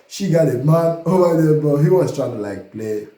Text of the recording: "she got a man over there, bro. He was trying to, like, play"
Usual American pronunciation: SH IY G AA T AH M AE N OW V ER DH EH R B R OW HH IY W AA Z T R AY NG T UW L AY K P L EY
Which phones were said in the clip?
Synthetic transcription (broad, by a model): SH IY G AA T AH M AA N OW B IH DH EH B OW HH IY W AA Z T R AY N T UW L AY K P L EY